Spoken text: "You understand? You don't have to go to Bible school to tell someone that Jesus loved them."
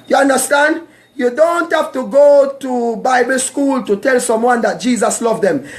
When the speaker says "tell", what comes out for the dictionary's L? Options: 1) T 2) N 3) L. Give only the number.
3